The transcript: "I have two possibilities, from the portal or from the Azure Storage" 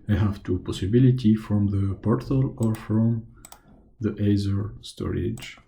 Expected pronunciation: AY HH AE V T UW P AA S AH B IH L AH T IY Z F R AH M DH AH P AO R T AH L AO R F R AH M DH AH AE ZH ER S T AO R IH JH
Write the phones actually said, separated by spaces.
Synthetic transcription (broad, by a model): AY HH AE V T UW P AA S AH B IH L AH T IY F R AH M DH AH P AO R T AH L AO R F R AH M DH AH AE Z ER S T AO R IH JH